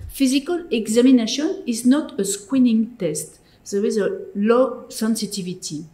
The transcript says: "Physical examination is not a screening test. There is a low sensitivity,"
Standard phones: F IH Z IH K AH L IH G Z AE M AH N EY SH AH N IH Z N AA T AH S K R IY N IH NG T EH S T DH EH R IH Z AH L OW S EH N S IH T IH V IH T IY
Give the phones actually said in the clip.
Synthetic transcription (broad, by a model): F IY Z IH K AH L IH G Z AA M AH N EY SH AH N IH Z N AA T AH S K W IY N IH NG T EH S T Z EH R IH Z AH L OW S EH N S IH T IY V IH T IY